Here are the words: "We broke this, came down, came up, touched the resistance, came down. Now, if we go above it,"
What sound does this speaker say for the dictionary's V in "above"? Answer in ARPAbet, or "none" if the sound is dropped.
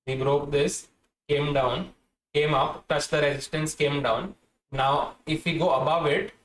V